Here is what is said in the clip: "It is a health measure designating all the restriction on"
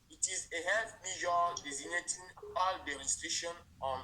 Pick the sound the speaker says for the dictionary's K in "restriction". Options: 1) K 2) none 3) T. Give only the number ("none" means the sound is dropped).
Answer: 2